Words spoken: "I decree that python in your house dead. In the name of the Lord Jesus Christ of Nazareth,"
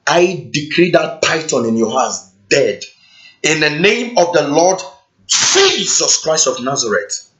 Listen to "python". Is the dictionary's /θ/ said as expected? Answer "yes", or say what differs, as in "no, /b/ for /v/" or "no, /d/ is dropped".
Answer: no, /t/ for /θ/